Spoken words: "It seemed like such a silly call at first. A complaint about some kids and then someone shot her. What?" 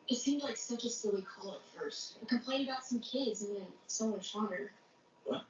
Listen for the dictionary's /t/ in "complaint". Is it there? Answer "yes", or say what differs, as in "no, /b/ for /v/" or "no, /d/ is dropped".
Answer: no, /t/ is dropped